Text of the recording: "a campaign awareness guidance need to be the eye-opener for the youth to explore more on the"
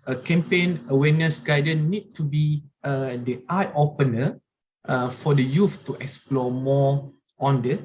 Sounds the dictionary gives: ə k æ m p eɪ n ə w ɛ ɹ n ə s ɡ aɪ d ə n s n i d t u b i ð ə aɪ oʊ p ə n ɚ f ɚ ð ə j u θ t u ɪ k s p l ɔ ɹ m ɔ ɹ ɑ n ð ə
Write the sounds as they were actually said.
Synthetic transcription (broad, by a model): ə k æ m p eɪ n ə w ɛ n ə s ɡ aɪ d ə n n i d t u b i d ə aɪ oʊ p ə n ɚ f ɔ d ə j u f t u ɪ k s p l ɔ m ɔ ɑ n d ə